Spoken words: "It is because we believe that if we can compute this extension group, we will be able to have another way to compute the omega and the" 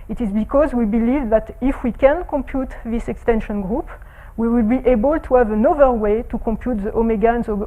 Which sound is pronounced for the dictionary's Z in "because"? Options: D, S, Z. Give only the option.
Z